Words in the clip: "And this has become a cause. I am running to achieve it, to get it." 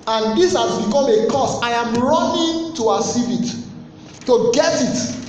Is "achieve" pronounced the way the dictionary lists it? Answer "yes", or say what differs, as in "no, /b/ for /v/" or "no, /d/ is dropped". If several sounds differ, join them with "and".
no, /s/ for /tʃ/